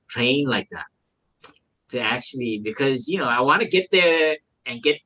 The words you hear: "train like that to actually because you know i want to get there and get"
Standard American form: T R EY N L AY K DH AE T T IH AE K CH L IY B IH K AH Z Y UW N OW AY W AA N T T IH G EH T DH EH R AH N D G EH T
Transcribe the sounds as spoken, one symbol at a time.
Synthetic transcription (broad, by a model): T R EY N L AY K DH AE T T IH AE K CH L IY B IH K AH Z Y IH N OW AY W AA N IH G EH T DH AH R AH N G EH T